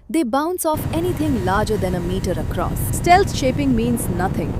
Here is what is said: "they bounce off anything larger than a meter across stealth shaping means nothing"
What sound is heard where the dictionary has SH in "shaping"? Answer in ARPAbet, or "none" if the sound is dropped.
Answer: SH